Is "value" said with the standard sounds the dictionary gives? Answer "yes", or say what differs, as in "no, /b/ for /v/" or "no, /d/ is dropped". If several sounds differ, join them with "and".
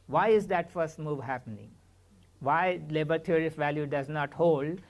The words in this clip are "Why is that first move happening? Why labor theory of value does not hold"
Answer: yes